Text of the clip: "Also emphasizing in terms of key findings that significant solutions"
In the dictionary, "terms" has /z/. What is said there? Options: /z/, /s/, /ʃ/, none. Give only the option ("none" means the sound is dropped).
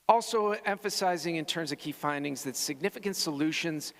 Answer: /z/